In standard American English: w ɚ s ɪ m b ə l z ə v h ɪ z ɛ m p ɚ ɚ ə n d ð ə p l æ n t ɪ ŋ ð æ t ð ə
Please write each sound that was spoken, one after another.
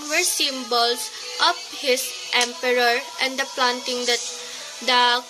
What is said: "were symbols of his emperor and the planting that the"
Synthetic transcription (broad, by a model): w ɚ s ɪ m b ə l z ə p h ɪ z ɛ m p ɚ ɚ ə n d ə p l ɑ n t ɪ ŋ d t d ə